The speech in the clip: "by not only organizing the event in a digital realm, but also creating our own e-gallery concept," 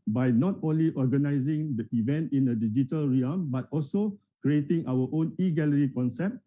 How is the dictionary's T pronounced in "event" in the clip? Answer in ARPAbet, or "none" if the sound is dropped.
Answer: T